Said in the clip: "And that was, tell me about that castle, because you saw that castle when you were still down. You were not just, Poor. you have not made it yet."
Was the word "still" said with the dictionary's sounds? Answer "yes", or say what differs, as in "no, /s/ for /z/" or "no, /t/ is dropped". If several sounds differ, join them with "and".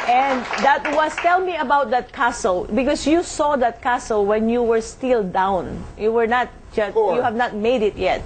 yes